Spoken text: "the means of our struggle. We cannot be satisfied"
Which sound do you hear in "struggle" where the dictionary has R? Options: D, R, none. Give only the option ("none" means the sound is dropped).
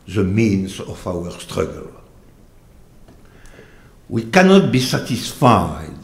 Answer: R